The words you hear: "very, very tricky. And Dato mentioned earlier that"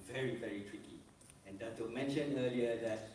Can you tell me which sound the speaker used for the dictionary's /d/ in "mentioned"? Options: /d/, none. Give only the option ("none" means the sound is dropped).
none